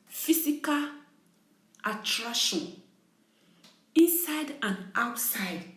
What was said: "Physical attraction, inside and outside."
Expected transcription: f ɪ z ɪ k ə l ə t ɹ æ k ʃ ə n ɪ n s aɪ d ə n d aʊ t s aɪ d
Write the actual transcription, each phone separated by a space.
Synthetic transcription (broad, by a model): f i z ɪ k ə l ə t ɹ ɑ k ʃ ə n ɪ n s aɪ d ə n aʊ t s aɪ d